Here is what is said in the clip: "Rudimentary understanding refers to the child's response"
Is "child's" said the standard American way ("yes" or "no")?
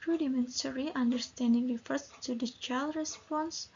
no